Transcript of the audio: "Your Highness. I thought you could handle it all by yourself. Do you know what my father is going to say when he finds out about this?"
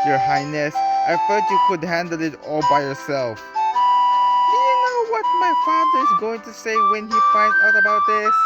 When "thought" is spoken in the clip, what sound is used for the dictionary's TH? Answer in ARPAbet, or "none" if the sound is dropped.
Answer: F